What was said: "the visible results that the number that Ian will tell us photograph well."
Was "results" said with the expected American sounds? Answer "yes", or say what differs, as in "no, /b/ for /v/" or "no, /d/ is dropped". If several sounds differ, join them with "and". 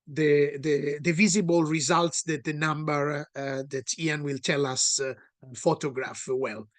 yes